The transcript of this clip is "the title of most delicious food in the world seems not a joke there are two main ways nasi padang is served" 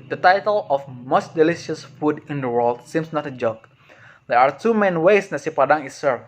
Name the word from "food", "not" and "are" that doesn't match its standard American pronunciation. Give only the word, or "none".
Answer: none